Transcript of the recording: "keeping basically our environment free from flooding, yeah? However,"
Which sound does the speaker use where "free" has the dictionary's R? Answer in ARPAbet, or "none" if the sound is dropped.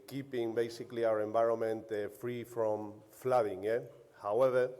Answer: R